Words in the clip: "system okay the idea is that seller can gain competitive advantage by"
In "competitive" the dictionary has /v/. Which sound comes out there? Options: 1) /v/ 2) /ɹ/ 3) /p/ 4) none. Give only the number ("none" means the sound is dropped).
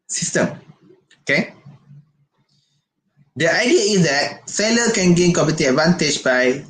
4